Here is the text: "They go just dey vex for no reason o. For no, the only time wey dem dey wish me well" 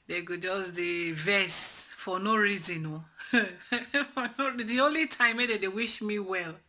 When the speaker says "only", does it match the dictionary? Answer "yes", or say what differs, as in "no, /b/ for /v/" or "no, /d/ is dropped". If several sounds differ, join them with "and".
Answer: yes